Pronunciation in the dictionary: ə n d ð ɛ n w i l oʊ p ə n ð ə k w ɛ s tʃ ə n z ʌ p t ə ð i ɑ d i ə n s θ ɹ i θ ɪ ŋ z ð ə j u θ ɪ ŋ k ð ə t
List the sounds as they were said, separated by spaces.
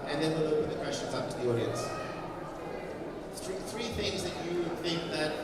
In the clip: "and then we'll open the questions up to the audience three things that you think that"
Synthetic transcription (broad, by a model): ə n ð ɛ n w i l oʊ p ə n ð ə k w ɛ s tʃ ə n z ʌ p t ə ð i ɑ d i ə n s θ ɹ i θ ɪ ŋ z ð ə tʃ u θ ɪ ŋ k ð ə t